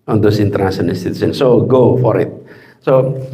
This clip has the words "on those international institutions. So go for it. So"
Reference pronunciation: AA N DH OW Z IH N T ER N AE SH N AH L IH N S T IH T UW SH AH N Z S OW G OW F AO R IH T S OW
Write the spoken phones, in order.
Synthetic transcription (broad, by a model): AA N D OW S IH N T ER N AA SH AH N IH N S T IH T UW S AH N S OW G OW F AO R IH T S OW